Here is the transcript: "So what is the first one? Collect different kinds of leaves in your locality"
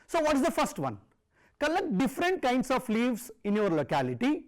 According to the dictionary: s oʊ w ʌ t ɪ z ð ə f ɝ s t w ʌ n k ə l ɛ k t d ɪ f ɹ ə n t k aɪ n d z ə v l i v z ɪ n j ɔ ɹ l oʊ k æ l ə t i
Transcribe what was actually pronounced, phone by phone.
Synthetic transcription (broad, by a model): s oʊ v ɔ t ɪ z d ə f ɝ s t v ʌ n k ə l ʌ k d ɪ f ɹ ə n t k aɪ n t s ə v l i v s ɪ n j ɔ ɹ l oʊ k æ l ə t i